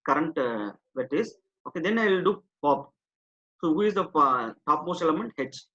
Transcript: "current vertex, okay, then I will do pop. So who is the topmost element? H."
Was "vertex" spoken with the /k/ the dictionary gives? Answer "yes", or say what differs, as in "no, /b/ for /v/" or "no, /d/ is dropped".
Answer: no, /k/ is dropped